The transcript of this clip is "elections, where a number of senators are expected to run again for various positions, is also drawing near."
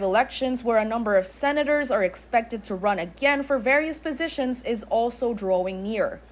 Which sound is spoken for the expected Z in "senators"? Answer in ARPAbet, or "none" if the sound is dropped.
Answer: Z